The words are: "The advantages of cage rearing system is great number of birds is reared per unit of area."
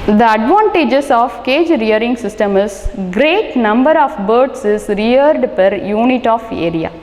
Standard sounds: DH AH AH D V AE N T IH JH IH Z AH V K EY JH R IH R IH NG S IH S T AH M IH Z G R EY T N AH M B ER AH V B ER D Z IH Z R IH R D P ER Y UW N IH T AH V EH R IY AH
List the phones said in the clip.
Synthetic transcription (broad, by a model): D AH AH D V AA N T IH JH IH S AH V K EY JH R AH R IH NG S IH S T AH M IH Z G R EY T N AH M B ER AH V B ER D S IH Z R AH R D P ER Y UW N IH T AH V EH R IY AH